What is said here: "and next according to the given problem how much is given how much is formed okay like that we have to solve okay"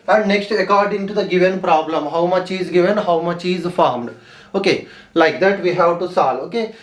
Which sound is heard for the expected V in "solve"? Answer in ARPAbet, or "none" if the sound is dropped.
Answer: none